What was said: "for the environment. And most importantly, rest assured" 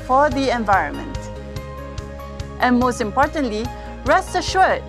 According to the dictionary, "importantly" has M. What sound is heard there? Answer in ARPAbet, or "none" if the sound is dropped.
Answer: M